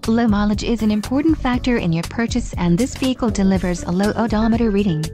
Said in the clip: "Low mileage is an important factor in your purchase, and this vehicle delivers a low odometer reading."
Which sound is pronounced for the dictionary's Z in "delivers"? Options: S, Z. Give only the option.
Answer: Z